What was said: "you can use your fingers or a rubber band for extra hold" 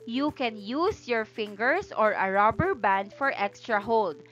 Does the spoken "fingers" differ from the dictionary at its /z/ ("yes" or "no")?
yes